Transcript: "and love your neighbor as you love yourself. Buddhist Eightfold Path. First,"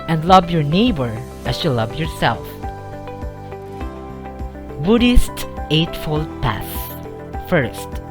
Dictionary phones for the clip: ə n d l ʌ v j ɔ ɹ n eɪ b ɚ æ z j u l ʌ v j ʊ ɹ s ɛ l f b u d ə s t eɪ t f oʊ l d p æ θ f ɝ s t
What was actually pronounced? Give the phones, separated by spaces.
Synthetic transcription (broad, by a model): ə n d l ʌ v j ɔ ɹ n eɪ b ɚ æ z j u l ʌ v j ʊ ɹ s ɛ l f b u d ə s t eɪ t f oʊ l d p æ s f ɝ s t